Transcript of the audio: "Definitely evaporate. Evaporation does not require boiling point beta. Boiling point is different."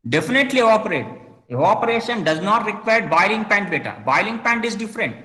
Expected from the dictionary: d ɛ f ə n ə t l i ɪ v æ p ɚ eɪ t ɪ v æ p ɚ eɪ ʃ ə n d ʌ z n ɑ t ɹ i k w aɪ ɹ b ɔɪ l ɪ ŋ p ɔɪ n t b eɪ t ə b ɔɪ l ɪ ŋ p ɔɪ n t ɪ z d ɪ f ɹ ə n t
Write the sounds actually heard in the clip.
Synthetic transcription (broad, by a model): d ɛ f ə n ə t l i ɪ p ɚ eɪ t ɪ ɔ p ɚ eɪ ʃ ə n d ʌ z n ɑ t ɹ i k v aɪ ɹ b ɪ l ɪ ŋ p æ n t b eɪ t ə b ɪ l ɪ ŋ p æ n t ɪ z d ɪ f ɹ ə n t